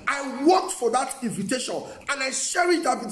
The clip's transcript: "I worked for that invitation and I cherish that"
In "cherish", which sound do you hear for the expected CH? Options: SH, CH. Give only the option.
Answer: SH